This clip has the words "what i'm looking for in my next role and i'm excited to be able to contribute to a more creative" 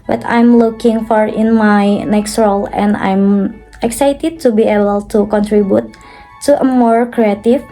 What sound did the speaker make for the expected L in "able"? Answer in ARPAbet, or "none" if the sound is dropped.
L